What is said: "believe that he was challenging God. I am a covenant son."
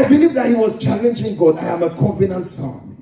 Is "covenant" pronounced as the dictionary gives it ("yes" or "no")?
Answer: no